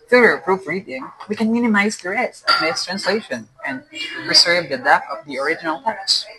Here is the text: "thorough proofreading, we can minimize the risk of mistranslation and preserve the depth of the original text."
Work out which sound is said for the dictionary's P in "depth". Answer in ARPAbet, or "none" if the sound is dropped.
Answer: none